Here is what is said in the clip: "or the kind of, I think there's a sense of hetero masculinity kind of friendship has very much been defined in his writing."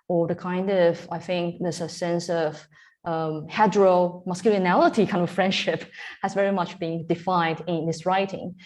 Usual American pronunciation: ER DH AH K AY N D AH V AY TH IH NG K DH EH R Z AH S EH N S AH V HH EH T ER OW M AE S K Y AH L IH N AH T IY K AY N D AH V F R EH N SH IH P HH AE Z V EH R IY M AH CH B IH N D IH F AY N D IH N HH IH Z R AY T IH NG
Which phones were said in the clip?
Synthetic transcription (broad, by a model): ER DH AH K AY N D AH V AY TH IH NG K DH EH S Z AH S EH N S AH V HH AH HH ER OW M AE S K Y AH L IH N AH T IY K AY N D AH F R EH N SH IH P HH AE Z V EH R IY M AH CH B IH N D IH F AY N D IH N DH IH S R AY T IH NG